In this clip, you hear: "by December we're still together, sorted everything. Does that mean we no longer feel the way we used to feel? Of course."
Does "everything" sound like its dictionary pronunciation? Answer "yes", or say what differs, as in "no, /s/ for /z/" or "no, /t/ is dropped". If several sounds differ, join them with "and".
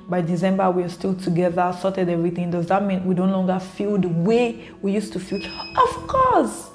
yes